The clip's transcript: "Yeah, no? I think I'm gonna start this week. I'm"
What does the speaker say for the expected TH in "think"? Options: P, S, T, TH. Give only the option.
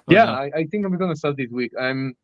TH